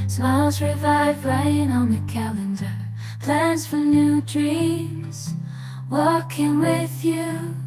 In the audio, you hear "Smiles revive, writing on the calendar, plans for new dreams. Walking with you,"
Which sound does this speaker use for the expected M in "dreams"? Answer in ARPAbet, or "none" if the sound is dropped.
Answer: none